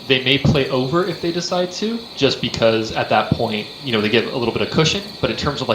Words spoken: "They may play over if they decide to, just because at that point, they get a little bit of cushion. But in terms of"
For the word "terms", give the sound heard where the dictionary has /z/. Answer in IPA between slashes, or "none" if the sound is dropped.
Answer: /z/